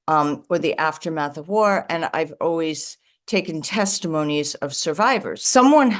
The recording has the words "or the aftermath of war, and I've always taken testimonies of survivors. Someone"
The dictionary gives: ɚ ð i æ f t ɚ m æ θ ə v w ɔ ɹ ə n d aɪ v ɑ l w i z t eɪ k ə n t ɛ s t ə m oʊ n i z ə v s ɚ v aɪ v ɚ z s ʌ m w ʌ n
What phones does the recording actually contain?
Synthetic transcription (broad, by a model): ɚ ð i æ f t ɚ m æ θ ə v w ɔ ɹ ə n aɪ v ɑ l w i z t eɪ k ə n t ɛ s t ə m oʊ n i z ə v s ɚ v aɪ v ɚ z s ʌ m w ʌ n